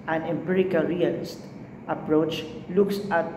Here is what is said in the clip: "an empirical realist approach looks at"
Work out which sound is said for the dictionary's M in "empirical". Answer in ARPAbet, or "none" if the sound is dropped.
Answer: M